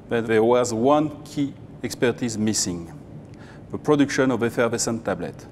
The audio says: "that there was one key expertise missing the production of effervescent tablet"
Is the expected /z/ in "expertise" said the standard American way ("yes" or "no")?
yes